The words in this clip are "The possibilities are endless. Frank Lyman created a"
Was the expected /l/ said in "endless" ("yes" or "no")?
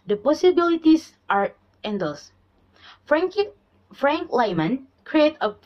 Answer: no